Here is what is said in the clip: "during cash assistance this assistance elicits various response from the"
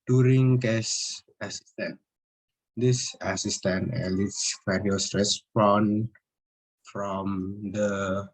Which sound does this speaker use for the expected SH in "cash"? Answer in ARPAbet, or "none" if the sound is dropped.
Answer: S